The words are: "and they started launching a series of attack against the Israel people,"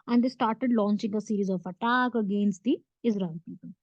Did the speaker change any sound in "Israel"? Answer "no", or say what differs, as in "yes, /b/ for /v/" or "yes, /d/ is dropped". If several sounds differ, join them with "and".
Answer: yes, /n/ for /l/